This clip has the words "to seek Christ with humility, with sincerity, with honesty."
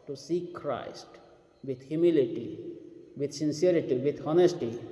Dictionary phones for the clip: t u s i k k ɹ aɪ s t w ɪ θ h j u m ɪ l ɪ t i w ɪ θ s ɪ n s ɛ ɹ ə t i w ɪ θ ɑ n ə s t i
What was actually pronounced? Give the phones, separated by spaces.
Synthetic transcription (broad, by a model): t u s i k k ɹ aɪ s t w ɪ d h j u m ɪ l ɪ t i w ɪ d s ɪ n s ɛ ɹ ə t i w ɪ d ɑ n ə s t i